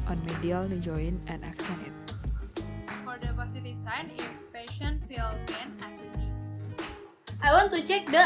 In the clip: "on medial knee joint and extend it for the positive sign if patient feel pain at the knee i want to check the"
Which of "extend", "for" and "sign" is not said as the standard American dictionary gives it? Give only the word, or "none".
extend